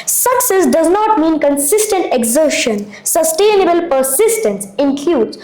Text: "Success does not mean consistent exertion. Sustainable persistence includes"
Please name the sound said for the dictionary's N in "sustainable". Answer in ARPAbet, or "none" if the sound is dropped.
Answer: N